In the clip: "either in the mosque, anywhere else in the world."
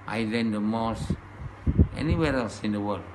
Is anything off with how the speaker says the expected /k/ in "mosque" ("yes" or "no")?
yes